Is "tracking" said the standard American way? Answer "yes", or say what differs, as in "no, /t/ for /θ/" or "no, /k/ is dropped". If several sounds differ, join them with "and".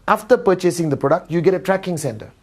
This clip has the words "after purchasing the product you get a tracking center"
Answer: yes